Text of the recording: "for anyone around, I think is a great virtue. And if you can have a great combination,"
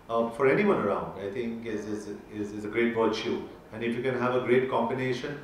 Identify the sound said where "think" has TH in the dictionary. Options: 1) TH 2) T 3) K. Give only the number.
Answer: 2